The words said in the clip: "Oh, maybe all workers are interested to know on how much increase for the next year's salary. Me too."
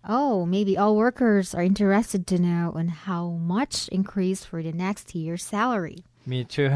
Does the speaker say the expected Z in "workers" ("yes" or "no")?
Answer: yes